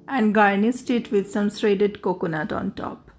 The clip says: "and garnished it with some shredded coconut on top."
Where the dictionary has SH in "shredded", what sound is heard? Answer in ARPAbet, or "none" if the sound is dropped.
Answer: S